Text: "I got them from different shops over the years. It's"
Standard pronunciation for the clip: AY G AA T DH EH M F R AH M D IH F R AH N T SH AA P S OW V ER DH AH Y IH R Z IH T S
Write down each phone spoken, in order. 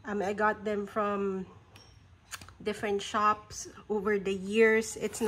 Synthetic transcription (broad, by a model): AY G AA T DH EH M F R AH M D IH F R AH N T SH AA P S OW V ER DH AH Y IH R S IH T S